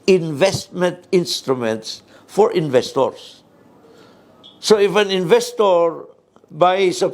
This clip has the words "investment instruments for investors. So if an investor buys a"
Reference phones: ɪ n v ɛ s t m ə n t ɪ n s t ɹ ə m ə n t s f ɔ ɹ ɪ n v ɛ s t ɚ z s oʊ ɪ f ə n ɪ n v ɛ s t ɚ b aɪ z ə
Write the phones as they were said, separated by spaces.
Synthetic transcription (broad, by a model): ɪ n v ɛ s t m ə n t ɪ n s t ɹ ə m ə n t s f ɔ ɹ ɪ n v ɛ s t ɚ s s oʊ ɪ f ə n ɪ n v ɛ s t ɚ b aɪ s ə